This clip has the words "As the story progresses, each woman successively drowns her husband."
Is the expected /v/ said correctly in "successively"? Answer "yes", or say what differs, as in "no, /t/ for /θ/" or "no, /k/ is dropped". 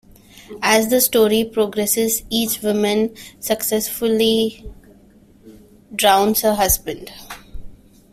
no, /v/ is dropped